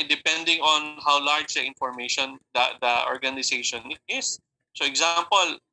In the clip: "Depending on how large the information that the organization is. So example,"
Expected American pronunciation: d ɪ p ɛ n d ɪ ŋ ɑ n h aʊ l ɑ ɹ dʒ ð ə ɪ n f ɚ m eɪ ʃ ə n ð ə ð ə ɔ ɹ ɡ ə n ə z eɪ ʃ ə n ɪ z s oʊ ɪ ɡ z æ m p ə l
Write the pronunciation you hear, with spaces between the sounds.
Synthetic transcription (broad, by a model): d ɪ p ɛ n d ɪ ŋ ɑ n h aʊ l ɑ ɹ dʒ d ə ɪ n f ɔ m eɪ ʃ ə n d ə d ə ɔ ɹ ɡ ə n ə s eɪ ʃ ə n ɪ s s oʊ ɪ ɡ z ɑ m p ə l